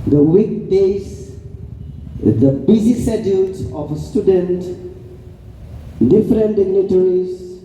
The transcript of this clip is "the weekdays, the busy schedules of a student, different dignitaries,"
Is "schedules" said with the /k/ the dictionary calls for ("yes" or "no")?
no